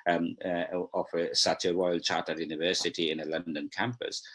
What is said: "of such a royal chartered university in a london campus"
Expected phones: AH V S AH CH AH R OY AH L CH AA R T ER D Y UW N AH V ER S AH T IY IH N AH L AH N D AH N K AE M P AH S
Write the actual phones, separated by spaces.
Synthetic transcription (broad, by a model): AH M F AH S AH W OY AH L CH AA T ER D Y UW N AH V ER S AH T IY IH N AH L AH N D AH N K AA M P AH S